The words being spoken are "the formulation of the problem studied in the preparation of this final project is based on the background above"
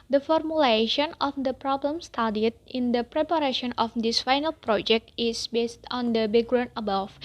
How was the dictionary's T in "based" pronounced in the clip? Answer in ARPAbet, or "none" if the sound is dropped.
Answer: T